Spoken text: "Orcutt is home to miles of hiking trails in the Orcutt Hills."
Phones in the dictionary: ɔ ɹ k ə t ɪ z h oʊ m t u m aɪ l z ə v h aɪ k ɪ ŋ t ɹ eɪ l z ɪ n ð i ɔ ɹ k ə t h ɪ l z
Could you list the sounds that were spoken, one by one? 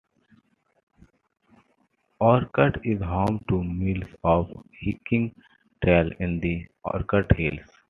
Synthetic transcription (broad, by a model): ɔ ɹ k ə t ɪ z h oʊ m t u m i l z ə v h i k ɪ ŋ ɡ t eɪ l ɪ n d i ɔ ɹ k ə t h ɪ l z